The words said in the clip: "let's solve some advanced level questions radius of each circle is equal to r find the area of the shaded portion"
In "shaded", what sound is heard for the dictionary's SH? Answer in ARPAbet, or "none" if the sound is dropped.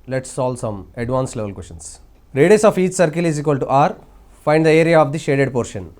SH